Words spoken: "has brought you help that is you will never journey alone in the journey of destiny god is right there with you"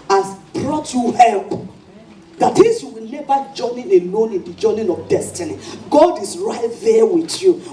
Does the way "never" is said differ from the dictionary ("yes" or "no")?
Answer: yes